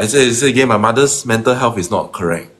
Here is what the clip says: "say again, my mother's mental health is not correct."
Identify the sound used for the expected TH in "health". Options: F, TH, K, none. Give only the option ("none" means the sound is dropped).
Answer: F